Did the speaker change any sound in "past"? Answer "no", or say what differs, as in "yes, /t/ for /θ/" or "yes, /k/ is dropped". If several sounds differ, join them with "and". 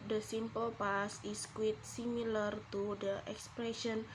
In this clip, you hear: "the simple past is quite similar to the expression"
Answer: yes, /t/ is dropped